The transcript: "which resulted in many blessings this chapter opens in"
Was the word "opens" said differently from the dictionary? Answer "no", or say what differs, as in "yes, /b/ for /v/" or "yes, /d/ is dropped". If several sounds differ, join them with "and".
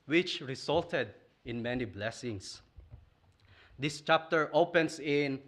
yes, /s/ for /z/